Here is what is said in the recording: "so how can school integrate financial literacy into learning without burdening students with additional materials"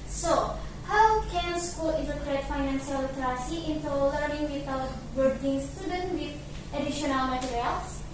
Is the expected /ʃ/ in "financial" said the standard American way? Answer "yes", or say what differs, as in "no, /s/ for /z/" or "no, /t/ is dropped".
no, /s/ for /ʃ/